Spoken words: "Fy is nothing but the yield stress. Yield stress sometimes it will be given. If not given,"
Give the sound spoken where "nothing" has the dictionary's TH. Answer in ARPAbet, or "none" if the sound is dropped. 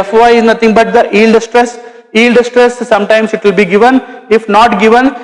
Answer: T